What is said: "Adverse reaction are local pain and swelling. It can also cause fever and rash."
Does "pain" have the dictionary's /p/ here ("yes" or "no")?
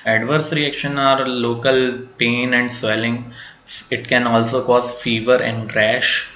yes